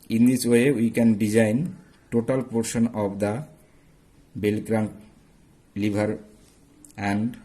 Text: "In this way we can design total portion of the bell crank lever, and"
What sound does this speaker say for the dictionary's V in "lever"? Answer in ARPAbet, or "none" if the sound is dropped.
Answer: B